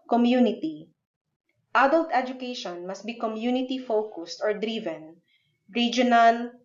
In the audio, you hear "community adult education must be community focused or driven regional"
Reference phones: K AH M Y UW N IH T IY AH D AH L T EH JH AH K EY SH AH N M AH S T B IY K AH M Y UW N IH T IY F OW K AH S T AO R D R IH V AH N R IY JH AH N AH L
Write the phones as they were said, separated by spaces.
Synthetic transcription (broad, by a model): K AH M Y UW N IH T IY AH D AH L T EH JH AH K EY SH AH N M AH S T B IY K AH M Y UW N IH T IY F OW K AH S T AO R D R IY V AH N R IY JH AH N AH L